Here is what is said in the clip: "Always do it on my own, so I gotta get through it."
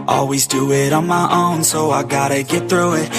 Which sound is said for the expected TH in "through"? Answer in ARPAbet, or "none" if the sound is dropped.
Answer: TH